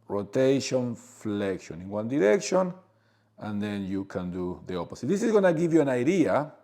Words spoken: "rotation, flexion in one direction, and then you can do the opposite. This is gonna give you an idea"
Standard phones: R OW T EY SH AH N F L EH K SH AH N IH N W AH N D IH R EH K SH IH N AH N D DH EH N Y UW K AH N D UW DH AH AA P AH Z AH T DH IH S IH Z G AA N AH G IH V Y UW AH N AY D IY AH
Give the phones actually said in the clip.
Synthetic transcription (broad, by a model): R OW T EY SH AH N F L EH K SH AH N IH N W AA N D IH R EH K SH IH N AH N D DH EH N Y UW K AH N D UW DH AH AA P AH S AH T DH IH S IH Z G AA N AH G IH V Y UW AH N AY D IY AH